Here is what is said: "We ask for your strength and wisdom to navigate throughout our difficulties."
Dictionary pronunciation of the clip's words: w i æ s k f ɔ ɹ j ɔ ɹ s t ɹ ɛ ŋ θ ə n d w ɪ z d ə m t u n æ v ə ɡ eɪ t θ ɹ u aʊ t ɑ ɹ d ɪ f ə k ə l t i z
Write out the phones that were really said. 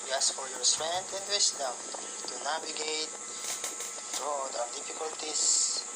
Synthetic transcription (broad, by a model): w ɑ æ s f ɔ ɹ j ɔ ɹ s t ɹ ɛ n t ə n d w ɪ s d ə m t u n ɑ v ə ɡ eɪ t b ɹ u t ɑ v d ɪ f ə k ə l t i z